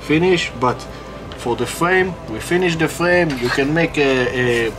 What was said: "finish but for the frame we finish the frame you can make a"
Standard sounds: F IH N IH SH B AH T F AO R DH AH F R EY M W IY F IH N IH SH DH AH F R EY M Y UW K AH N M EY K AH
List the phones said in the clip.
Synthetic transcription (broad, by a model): F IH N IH SH B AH T F AO R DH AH F R EY M W IY F IH N IH SH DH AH F R EY M Y UW K AH N M EY K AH